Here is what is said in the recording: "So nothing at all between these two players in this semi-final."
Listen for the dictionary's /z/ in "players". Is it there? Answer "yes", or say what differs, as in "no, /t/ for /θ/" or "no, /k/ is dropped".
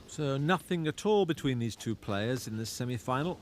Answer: yes